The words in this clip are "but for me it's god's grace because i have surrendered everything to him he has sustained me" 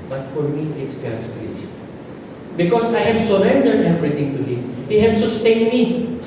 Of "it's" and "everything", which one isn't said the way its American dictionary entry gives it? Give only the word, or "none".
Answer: everything